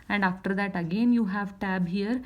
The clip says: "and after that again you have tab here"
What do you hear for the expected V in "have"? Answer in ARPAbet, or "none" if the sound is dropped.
V